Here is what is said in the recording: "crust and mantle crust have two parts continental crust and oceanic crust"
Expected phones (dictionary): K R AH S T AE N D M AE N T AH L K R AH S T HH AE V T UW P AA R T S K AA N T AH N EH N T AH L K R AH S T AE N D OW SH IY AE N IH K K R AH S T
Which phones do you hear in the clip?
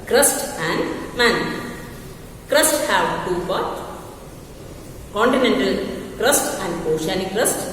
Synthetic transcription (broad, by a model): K R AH S T AE N D M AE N K R AH S T HH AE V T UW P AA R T K AA N T AH N EH N T AH L K R AH S T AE N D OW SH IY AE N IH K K R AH S T